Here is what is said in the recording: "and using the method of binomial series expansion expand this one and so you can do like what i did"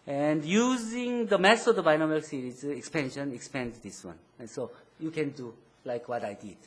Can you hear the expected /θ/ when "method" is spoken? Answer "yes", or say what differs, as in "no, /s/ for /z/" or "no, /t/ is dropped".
no, /s/ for /θ/